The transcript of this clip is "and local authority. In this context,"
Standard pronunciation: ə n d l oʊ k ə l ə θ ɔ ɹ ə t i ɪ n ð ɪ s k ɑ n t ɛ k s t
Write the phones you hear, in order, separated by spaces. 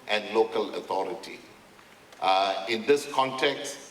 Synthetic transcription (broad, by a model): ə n d l oʊ k ə l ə t ɔ ɹ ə t i ɪ n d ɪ s k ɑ n t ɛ k s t